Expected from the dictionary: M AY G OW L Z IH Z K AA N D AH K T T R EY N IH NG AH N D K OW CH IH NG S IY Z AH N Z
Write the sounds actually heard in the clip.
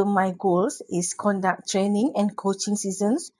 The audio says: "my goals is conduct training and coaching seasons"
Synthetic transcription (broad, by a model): M AY G OW L S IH S K AA N D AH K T T R EY N IH NG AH N K OW CH IH NG S IY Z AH N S